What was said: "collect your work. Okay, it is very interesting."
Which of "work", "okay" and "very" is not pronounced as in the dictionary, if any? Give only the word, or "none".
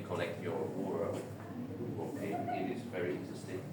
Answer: work